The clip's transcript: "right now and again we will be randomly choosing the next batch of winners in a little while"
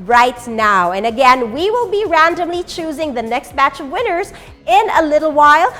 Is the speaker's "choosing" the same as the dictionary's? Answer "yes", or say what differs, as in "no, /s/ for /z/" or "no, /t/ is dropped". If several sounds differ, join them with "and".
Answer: yes